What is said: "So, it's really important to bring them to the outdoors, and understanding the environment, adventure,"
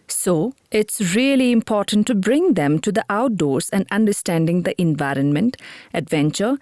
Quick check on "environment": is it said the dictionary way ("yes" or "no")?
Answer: yes